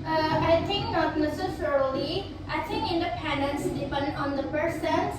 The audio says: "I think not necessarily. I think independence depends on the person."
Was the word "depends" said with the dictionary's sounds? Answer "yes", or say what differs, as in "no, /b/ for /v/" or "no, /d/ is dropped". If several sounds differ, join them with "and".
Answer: no, /z/ is dropped